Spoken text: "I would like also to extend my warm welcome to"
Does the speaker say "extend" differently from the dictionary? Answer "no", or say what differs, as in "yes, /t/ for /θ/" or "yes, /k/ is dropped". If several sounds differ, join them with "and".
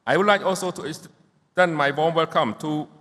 yes, /k/ is dropped